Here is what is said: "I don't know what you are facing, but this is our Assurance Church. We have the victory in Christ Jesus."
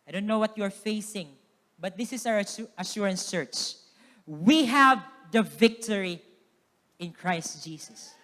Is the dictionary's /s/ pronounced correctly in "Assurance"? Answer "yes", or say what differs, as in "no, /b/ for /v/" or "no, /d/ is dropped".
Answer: yes